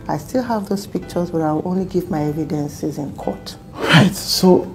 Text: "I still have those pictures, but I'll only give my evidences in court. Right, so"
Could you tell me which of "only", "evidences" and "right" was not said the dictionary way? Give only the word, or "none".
none